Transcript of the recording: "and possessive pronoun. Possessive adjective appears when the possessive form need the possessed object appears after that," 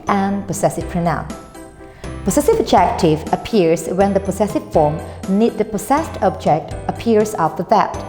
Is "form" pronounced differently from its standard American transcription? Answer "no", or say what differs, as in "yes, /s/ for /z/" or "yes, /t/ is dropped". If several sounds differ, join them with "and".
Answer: no